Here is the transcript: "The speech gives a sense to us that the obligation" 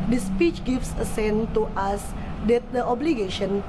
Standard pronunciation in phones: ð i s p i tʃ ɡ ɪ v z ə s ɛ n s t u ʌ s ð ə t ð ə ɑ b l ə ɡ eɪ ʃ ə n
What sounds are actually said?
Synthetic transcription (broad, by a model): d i s p i tʃ ɡ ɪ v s ə s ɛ n t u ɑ s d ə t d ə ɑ b l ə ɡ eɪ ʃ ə n